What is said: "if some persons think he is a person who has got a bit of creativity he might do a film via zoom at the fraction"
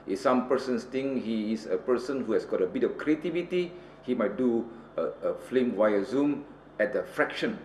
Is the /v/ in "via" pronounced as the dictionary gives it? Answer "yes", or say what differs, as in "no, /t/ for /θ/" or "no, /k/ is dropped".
no, /w/ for /v/